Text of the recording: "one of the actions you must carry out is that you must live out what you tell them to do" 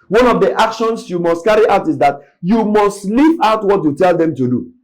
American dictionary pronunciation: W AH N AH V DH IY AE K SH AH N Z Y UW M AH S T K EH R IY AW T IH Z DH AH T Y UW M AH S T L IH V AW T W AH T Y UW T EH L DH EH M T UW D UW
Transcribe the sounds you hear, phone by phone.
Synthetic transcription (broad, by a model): W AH N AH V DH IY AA K SH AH N S Y UW M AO S T K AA R IY AW T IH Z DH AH T Y UW M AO S T L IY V AW T W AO T Y UW T EH L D EH M T UW D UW